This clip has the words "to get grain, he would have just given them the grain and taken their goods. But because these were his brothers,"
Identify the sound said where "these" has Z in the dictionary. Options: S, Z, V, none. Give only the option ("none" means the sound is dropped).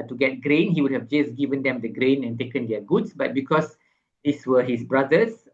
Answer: S